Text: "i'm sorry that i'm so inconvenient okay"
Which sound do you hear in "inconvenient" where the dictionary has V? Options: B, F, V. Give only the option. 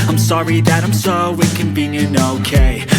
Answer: B